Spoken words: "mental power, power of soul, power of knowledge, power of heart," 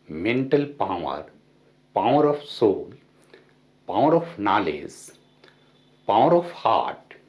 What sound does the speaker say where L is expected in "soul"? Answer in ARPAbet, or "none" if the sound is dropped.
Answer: L